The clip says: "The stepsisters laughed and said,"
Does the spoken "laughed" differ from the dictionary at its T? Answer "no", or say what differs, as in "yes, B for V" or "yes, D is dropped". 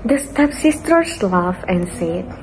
yes, T is dropped